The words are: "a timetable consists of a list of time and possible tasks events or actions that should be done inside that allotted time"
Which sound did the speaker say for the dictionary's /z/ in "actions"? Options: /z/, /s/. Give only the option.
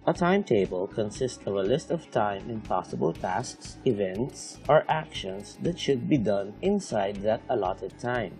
/s/